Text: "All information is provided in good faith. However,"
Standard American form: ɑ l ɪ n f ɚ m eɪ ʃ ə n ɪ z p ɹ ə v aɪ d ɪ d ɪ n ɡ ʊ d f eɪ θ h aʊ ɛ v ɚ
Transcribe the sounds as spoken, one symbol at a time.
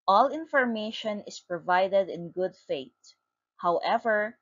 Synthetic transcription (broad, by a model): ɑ l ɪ n f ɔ m eɪ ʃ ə n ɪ s p ɹ ə v aɪ d ɪ d ɪ n ɡ ʊ d f eɪ t h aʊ ɛ v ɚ